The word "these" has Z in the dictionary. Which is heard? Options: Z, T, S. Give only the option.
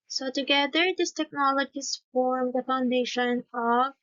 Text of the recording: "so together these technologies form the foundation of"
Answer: S